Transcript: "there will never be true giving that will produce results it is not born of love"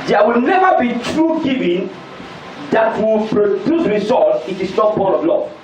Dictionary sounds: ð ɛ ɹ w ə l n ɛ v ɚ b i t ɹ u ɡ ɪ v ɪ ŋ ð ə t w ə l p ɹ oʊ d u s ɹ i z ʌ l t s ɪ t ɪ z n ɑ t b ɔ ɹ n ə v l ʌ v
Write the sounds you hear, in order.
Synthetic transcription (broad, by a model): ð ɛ w ə l n ɛ v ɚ b i t ɹ u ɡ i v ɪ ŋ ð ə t w ə l p ɹ oʊ d u s ɹ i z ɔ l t ɪ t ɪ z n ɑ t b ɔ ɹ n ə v l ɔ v